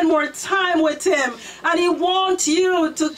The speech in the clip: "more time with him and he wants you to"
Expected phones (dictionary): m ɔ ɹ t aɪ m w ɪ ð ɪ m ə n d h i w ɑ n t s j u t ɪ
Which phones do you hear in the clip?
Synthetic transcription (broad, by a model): m ɔ ɹ t aɪ m w ɪ ð ɪ m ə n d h i w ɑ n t j u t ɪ